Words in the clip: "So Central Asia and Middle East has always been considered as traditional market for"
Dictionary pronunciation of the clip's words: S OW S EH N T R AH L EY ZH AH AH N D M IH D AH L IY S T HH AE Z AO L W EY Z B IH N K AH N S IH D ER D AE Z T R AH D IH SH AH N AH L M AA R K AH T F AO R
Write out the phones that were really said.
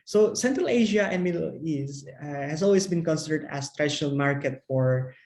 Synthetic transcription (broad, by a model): S OW S EH N T R AH L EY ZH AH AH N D M IH D AH L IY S HH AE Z AO L W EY S B IH N K AH N S IH D ER D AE S T R AH D IH SH AH N AH L M AA R K AH T F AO R